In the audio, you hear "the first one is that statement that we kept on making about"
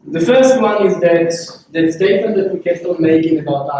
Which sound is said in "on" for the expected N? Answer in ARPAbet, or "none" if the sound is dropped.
L